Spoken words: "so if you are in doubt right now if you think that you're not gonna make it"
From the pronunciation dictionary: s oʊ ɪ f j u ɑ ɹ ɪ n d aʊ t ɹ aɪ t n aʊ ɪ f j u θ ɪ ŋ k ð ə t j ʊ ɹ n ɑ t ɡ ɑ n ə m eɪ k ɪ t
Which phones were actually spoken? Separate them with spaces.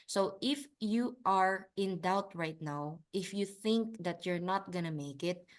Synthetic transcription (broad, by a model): s oʊ ɪ f j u ɑ ɹ ɪ n d aʊ t ɹ aɪ t n aʊ ɪ f j u θ ɪ ŋ k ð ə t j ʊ ɹ n ɑ t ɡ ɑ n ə m eɪ k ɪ t